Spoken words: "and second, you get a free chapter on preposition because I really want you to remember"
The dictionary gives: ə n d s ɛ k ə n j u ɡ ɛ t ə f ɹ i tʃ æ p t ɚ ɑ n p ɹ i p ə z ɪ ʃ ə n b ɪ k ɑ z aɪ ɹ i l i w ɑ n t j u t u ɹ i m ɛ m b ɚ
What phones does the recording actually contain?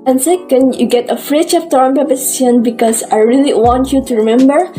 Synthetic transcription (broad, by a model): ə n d s ɛ k ə n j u ɡ ɛ t ə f ɹ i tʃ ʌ f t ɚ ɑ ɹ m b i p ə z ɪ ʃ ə n b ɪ k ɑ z aɪ ɹ i l i w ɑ n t j u t u ɹ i m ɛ m b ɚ